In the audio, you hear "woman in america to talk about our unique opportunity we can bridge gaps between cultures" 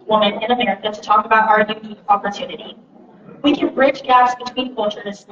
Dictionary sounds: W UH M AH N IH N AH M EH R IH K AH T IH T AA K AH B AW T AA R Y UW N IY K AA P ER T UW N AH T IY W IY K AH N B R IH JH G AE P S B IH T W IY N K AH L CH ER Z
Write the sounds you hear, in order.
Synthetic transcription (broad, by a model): W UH M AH N IH N AH M EH R IH K AH T IH T AA K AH B AW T AA R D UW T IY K AA P ER T UW N AH T IY W IY K AH N B R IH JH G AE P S B IH T W IY N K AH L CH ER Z